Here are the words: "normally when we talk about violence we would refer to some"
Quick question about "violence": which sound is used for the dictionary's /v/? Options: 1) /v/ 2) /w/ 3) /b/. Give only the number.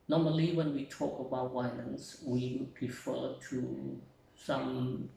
2